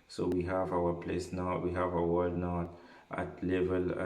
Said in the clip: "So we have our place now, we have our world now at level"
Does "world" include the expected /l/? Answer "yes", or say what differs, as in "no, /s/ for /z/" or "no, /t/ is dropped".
no, /l/ is dropped